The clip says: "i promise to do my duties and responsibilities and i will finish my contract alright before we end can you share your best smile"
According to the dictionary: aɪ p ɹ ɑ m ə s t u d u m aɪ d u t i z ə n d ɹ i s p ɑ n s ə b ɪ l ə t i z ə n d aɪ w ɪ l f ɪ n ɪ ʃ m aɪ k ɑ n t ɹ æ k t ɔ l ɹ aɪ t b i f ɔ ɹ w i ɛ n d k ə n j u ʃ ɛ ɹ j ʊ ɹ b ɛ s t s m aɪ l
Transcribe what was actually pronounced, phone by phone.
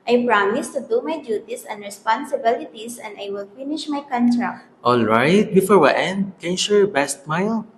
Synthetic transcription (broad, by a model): aɪ p ɹ ɑ m ə s t u d u m aɪ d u t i s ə n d ɹ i s p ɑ n s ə b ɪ l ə t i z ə n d aɪ w ɪ l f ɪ n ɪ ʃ m aɪ k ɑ n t ɹ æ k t ɔ l ɹ aɪ t b i f ɔ ɹ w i ɛ n d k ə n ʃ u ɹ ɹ b ɛ s t m aɪ l